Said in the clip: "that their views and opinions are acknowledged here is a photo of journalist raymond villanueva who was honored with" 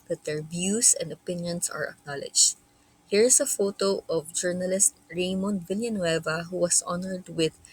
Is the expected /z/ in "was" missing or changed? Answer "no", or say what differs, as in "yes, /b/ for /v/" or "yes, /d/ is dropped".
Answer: yes, /s/ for /z/